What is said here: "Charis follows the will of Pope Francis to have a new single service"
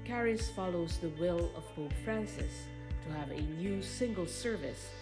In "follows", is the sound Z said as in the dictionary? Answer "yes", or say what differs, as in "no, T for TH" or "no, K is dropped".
yes